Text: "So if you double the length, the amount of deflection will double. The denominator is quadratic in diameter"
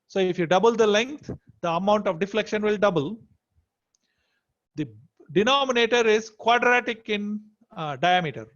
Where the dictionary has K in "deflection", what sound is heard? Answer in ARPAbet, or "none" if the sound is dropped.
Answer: K